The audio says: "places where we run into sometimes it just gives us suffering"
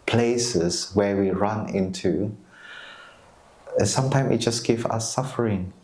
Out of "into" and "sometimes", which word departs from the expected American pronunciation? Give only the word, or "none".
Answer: sometimes